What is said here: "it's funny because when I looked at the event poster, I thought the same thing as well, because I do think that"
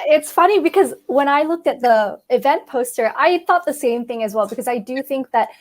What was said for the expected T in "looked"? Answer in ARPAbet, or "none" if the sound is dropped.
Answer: T